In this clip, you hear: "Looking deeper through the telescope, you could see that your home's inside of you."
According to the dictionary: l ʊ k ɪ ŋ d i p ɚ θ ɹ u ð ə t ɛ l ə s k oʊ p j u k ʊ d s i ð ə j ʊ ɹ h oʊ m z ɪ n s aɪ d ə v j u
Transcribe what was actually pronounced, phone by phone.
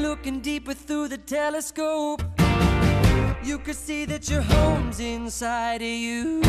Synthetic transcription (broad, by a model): l ʊ k ɪ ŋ d i p ɚ θ ɹ u ð ə t ɛ l ə s k oʊ p j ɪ k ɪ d s i ð ə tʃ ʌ ɹ h oʊ m z ɪ n s aɪ d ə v j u